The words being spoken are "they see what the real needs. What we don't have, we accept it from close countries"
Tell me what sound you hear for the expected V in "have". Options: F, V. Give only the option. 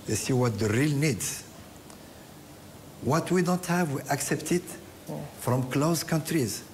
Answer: V